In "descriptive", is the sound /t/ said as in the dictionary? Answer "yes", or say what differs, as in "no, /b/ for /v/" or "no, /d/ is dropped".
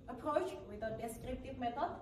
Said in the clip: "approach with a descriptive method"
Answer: yes